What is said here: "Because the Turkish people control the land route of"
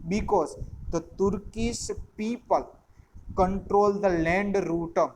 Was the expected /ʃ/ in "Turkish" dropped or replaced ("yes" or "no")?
yes